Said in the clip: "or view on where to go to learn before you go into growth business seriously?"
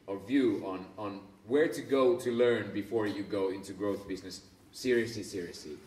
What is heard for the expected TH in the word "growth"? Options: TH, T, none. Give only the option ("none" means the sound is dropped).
TH